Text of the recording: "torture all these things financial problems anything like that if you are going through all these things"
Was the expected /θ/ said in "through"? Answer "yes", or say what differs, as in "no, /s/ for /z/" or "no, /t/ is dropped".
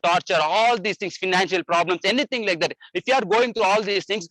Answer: no, /t/ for /θ/